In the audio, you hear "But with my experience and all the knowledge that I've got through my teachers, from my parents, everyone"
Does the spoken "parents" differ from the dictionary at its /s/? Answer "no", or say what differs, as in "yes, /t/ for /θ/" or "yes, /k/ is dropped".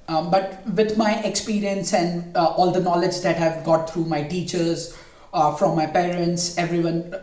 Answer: no